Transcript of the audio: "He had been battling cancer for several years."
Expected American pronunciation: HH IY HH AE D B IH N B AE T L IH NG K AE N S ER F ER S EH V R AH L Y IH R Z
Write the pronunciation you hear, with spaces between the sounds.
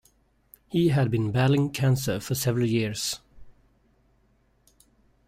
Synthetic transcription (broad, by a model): HH IY HH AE D B IH N B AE L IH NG K AE N S ER F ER S EH V R AH L Y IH R S